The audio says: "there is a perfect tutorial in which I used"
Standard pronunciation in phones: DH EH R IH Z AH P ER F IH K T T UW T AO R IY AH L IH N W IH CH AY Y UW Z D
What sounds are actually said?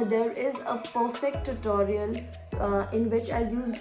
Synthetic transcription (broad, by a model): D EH R IH Z AH P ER F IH K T T UW T AO R IY AH L IH N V IH CH AY Y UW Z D